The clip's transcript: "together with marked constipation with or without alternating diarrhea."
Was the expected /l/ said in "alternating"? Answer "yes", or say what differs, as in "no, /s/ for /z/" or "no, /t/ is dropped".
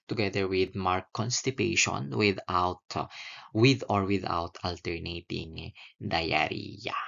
yes